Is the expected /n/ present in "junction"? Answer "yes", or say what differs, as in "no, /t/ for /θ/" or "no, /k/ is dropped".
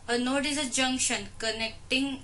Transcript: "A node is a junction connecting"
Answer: yes